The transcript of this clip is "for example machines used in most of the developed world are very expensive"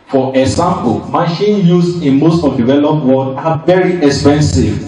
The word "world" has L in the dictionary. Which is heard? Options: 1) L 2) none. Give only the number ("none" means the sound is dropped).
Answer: 2